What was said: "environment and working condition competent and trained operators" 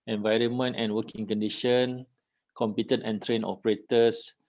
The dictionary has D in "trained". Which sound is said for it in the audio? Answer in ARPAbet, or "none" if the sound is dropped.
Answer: none